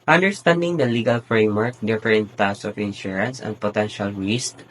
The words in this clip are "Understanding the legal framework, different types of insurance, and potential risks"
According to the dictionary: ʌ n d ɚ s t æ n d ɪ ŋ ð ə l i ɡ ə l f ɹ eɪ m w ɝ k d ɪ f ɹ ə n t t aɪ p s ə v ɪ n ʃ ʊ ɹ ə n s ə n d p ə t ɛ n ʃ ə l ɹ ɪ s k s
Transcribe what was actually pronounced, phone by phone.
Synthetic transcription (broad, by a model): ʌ n d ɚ s t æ n d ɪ ŋ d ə l i ɡ ə l f ɹ eɪ m w ɝ k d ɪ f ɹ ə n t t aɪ s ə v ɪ n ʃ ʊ ɹ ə n s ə n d p ə t ɛ n ʃ ə l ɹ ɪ s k